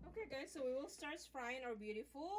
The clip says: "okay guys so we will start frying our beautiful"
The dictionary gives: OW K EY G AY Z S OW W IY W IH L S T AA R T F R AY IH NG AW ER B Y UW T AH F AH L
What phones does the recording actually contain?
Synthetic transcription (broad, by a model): OW K EY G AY S OW W IY W IH L S T AA R T P R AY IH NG AW ER B Y UW T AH F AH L